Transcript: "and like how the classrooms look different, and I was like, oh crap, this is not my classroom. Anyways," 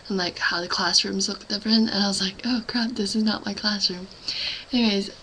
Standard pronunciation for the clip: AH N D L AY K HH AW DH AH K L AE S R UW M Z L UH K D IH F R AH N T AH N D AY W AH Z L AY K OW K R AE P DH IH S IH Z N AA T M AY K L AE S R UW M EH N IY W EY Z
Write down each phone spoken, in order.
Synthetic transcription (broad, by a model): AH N L AY K HH AW DH AH K L AE S R UW M Z L UH K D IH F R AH N AH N AY W AH Z L AY K OW K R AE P DH IH S IH Z N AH T M AY K L AE S R UW M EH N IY W EY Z